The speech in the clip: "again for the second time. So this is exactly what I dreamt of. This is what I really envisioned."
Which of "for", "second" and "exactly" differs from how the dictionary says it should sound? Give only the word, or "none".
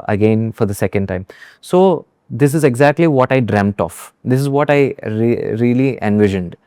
none